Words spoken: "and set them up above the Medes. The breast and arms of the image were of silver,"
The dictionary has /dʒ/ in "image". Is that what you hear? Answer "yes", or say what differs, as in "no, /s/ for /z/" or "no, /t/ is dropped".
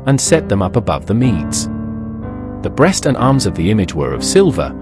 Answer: yes